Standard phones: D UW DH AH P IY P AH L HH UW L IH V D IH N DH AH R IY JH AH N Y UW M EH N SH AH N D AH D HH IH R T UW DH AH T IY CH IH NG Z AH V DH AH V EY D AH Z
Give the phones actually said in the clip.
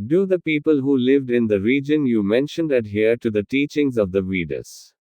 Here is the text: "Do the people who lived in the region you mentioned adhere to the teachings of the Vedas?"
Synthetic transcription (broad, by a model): D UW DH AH P IY P AH L HH UW L IH V D IH N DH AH R IY JH AH N Y UW M EH N SH AH N D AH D HH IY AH T UW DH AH T IY CH IH NG Z AH V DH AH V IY D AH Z